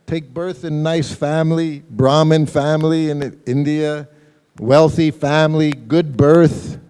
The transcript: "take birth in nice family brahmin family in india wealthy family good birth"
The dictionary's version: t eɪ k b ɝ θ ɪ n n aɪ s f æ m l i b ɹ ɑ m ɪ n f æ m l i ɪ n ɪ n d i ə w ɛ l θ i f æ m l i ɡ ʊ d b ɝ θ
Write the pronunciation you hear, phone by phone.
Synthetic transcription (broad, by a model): t eɪ k b ɝ θ ɪ n n aɪ s f æ m l i b ɹ ɑ m ɪ n f æ m l i ɪ n ɪ n d i ə w ɛ l θ i f æ m l i ɡ ʊ d b ɝ θ